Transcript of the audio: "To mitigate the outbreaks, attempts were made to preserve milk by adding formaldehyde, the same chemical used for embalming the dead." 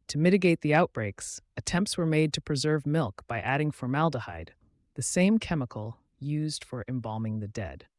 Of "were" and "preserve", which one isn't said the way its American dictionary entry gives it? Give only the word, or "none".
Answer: none